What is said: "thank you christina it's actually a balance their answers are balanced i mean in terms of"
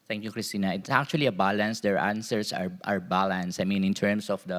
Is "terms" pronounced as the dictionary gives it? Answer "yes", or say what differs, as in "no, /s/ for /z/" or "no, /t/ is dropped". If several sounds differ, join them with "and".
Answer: no, /s/ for /z/